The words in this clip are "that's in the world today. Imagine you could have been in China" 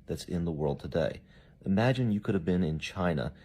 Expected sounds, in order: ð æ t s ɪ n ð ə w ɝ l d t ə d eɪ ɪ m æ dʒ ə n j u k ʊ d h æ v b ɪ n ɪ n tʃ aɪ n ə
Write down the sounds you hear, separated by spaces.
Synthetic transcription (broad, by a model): ð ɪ t s ɪ n ð ə w ɝ l d t ə d eɪ ɪ m æ dʒ ə n j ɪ k ʊ d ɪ v b ɪ n ɪ n tʃ aɪ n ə